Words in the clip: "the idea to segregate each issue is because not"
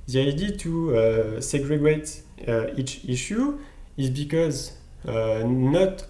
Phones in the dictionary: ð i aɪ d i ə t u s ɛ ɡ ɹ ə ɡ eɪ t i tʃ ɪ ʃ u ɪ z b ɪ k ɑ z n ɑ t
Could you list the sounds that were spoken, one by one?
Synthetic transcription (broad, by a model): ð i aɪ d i t u s ɛ ɡ ɹ ə ɡ eɪ t i tʃ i ʃ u ɪ z b ɪ k ɑ z n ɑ t